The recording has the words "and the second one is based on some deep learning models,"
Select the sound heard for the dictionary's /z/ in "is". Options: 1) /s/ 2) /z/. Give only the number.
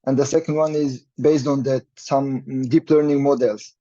2